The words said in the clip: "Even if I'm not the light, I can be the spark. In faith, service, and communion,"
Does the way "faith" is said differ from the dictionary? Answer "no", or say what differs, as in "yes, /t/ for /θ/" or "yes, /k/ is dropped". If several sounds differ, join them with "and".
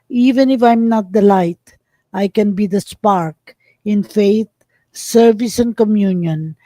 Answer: yes, /t/ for /θ/